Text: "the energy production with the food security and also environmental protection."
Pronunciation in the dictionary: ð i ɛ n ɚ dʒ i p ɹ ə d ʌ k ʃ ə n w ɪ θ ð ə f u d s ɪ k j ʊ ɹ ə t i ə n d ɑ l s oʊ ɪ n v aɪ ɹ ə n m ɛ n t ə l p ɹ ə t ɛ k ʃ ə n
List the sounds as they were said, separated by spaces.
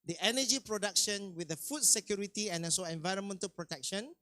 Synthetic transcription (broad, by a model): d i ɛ n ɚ dʒ i p ɹ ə d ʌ k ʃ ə n w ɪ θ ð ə f u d s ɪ k j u ɹ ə t i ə n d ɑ s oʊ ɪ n v aɪ ɹ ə n m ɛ n t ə l p ɹ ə t ɛ k ʃ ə n